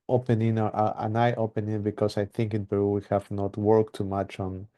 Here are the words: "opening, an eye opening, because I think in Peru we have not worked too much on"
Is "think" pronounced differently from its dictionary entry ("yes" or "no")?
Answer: no